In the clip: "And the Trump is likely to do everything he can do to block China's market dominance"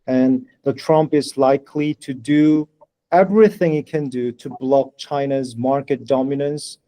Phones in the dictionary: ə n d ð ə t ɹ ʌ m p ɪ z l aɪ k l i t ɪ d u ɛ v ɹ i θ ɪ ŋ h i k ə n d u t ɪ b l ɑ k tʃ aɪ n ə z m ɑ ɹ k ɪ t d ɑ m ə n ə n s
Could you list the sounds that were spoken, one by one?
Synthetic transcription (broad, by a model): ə n ð ə t ɹ ʌ m p ɪ z l aɪ k l i t ɪ d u ɛ v ɹ i θ ɪ ŋ h i k ə n d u t ɪ b l ɑ k tʃ aɪ n ə z m ɑ ɹ k ɪ t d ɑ m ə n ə n s